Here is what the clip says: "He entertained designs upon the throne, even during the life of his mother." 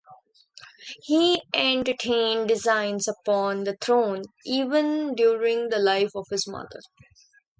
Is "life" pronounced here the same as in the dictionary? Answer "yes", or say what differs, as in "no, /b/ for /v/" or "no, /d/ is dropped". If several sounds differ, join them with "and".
yes